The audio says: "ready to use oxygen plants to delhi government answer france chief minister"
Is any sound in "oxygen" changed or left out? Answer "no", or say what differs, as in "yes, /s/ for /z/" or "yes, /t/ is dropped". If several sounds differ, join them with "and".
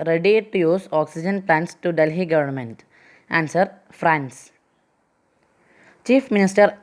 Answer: no